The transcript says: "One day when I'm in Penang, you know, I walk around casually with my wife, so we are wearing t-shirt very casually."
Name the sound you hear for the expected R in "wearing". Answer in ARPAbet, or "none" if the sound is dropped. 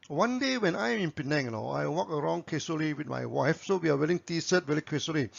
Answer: L